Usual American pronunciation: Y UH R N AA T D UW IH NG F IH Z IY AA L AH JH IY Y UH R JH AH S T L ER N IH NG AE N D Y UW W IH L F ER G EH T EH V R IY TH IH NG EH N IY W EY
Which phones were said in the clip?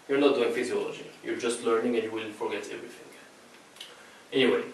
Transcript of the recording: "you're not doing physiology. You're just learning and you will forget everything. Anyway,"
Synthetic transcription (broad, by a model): Y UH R N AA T D UW IH NG F IH Z IY AA L AH JH IY Y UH R JH AH S T L ER N IH NG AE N Y UW W IH L F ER G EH T EH V R IY TH IH NG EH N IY W EY